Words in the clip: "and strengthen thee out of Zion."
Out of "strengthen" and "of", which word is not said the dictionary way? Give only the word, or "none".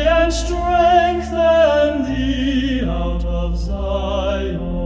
none